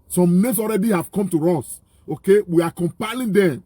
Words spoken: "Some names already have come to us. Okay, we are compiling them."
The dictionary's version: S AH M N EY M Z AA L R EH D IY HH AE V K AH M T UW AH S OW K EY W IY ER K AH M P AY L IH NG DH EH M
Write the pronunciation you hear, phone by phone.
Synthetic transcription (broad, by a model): S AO M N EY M S AA L R EH D IY HH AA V K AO M T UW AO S OW K EY W IY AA K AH M P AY L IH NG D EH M